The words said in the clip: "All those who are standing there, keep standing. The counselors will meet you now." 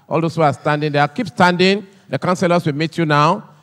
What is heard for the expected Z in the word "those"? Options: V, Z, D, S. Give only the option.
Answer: S